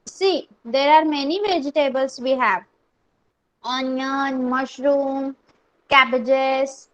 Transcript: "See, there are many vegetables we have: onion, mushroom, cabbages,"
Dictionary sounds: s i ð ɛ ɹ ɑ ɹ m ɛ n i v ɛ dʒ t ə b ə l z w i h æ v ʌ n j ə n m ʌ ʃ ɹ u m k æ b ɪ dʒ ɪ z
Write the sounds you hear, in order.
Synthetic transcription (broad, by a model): s i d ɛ ɹ ɑ ɹ m ɛ n i v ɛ dʒ t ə b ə l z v i h æ v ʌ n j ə n m ʌ ʃ ɹ u m k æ b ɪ dʒ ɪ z